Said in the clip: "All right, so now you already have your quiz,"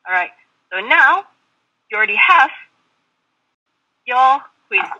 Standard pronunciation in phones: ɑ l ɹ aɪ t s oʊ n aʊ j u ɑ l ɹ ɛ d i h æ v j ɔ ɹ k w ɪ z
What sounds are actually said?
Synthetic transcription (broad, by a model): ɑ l ɹ aɪ t s oʊ n aʊ j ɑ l ɹ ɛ d i h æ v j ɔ l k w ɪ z